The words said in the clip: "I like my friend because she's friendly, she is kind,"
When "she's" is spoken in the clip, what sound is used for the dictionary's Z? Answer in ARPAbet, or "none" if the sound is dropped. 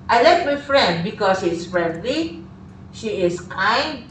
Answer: S